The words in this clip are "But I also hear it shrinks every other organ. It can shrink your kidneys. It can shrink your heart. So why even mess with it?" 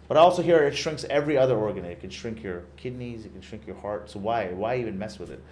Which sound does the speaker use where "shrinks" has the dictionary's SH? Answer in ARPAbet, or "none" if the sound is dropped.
SH